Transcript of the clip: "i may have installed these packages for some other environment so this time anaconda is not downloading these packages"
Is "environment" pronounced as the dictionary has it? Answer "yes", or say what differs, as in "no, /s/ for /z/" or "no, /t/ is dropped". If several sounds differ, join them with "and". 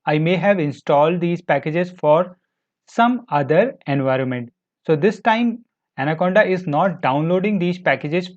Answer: yes